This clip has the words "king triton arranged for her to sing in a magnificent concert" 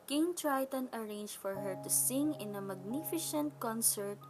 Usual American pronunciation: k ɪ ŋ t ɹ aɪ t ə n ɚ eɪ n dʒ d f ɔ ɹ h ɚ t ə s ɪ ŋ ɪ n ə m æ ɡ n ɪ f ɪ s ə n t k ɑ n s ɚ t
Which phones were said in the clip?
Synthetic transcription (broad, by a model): k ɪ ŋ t ɹ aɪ t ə n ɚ eɪ n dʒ f ɔ ɹ h ɚ t ə s ɪ ŋ ɪ n ə m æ ɡ n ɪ f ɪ ʃ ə n t k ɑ n s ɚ t